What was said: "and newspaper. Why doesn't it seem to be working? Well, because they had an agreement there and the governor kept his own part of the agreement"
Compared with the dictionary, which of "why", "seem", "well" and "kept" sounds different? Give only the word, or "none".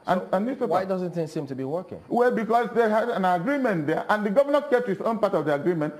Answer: kept